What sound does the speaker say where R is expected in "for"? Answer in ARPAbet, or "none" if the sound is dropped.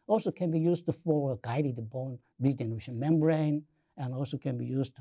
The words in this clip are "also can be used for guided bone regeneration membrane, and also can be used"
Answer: L